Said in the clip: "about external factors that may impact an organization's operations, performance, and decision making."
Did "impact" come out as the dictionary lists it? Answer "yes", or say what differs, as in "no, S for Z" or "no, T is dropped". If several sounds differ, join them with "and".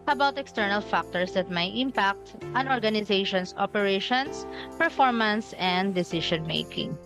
yes